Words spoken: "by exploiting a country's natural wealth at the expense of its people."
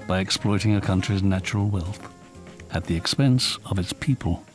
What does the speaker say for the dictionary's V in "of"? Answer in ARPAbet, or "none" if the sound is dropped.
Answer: V